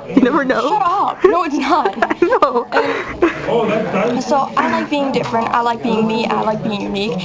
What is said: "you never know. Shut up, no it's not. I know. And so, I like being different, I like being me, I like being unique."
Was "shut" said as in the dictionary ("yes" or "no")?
no